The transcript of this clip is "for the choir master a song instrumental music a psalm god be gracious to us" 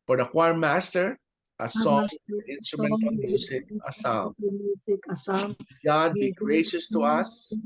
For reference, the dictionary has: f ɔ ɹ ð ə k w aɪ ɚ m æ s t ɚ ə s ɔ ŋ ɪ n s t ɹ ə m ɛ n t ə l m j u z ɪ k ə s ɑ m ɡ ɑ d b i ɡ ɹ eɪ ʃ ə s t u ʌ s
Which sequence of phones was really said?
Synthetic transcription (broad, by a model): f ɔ ɹ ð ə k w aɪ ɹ m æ s t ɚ ə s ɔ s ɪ n s t ɹ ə m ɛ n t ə n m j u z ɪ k ə s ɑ ɡ ɑ d b i ɡ ɹ eɪ ʃ ə s t u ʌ s